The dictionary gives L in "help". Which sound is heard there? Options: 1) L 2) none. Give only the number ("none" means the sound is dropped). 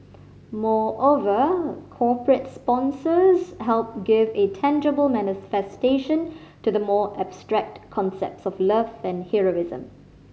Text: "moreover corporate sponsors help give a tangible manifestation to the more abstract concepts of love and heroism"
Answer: 1